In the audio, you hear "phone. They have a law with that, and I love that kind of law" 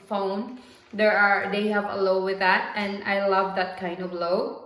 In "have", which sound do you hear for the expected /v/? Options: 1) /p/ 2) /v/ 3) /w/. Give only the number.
2